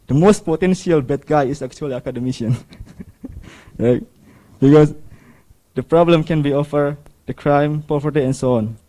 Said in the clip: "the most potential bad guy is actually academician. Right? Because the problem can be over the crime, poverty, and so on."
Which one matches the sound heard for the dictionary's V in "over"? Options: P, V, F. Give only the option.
F